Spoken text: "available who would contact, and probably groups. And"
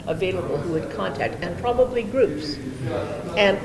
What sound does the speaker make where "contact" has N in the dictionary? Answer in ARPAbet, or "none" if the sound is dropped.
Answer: N